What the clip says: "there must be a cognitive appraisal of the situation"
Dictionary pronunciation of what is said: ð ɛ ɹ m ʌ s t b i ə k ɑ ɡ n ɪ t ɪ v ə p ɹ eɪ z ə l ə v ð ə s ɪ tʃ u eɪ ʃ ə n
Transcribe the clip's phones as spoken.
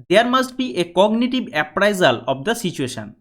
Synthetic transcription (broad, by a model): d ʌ ɹ m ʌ s t b i ə k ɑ ɡ n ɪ t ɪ b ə p ɹ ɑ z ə l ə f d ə s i tʃ u eɪ ʃ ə n